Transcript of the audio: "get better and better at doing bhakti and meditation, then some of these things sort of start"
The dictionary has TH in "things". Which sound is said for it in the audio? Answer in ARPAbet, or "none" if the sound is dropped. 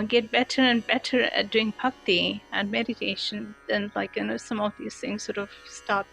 TH